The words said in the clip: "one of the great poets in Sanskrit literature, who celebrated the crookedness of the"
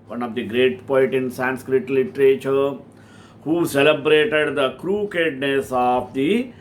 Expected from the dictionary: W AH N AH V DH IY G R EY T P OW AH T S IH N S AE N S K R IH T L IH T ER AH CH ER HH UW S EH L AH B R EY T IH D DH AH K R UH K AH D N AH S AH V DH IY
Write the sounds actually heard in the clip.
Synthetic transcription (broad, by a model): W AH N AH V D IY G R EY T P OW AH T IH N S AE N S K R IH T L IH T ER AH CH ER HH UW S EH L AH B R EY T IH D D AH K R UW K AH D N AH S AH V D IY